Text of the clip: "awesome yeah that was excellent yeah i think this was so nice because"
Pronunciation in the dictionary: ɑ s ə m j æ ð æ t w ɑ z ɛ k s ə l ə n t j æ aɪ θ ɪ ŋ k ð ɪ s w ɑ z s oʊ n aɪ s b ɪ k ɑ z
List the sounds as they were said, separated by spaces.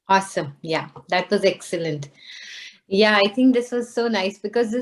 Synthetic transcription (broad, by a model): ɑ s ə m j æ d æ t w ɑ z ɛ k s ə l ə n t j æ aɪ t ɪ ŋ k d ɪ s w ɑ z s oʊ n aɪ s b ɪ k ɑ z